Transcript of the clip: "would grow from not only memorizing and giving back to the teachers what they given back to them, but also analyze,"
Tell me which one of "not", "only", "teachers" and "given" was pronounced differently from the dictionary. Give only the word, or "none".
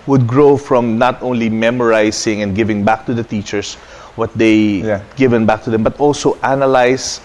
teachers